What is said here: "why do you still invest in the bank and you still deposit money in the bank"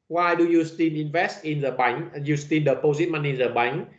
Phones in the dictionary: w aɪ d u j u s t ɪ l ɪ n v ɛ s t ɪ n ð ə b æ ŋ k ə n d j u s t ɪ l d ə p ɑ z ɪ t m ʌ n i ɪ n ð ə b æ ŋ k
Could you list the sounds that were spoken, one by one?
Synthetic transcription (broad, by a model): w aɪ d u j u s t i n ɪ n v ɛ s t ɪ n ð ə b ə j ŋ j u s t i n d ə p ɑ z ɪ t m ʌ n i n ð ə b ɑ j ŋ